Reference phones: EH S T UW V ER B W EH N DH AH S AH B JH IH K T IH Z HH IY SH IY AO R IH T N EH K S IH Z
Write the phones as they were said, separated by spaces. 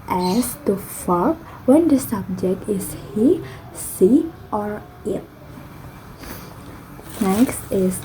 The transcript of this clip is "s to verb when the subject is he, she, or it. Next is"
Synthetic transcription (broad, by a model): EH S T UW F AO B W EH N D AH S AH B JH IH K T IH S HH IY S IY AO R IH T N EH K S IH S